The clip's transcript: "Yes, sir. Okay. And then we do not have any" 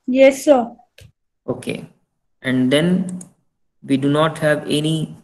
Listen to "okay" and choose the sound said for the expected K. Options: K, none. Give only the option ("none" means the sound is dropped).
K